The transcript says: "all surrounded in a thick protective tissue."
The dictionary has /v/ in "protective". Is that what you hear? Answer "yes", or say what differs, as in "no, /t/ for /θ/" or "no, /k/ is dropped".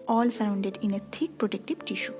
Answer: no, /b/ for /v/